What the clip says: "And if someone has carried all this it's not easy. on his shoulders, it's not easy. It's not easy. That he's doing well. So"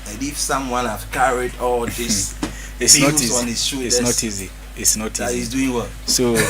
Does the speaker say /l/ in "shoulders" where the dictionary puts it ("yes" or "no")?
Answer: no